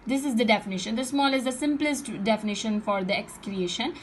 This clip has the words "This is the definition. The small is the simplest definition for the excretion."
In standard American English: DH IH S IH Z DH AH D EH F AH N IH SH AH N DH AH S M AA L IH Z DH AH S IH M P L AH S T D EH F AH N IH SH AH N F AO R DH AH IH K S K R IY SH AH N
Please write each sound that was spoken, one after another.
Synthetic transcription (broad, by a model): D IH S IH Z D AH D EH F AH N IH SH AH N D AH S M AA L IH Z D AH S IH M P L AH S T D EH F AH N IH SH AH N F AO R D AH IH K S K R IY SH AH N